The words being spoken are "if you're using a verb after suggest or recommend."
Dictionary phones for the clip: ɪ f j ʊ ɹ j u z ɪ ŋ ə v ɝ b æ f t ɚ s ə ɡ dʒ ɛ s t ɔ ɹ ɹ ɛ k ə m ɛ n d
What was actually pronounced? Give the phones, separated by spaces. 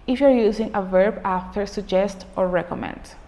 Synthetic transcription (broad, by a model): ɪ f j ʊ ɹ j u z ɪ ŋ ə v ɝ b æ f t ɚ s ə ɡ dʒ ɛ s t ɔ ɹ ɹ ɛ k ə m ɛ n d